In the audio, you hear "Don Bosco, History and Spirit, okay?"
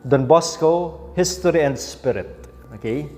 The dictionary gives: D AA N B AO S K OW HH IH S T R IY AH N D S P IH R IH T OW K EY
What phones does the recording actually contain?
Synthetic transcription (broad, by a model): D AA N B AO S K OW HH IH S T R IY AH N D S P IH R IH T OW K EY